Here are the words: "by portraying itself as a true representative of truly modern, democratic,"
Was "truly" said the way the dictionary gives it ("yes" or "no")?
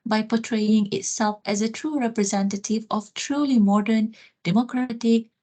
yes